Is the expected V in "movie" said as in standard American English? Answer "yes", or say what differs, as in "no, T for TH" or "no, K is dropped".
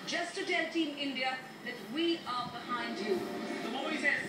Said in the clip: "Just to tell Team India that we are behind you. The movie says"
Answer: no, V is dropped